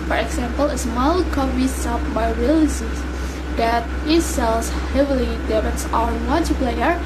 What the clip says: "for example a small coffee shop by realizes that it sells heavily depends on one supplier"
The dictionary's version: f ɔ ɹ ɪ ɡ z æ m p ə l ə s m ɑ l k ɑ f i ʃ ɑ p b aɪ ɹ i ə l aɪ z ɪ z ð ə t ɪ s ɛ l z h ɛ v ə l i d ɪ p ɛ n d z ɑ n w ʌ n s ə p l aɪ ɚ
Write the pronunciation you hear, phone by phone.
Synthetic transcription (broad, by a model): f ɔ ɹ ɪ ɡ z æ m p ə l ə s m ɑ l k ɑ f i s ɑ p b aɪ ɹ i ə l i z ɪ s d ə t ɪ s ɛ l s h ɛ v ə l i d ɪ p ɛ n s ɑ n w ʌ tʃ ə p l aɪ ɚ